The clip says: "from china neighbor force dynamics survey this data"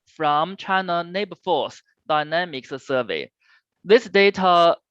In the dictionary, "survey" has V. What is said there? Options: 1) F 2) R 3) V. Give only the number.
3